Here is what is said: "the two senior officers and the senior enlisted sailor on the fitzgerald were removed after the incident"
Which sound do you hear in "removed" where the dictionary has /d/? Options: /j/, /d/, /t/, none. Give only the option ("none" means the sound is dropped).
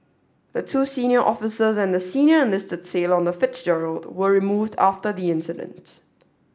/d/